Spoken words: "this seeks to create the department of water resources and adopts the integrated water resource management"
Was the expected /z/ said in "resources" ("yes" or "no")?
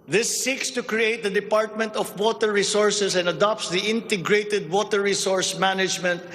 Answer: no